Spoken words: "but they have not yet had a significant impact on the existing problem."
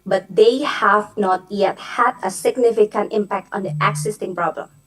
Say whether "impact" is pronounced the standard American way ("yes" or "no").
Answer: yes